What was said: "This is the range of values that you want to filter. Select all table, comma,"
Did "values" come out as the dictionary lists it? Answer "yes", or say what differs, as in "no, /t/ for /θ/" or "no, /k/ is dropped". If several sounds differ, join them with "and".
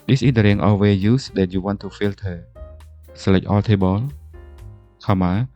no, /l/ is dropped